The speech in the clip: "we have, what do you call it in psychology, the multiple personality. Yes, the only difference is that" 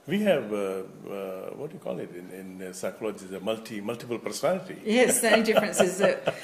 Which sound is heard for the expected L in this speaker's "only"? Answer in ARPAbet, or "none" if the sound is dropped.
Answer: none